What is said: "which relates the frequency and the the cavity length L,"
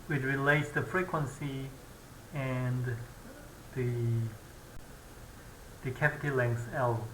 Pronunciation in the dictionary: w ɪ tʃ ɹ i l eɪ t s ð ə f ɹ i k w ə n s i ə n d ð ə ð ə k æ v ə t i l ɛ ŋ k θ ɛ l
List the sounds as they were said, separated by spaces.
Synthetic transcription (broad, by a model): w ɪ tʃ ɹ i l eɪ t s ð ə f ɹ i k w ə n s i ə n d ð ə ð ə k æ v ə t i l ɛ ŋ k s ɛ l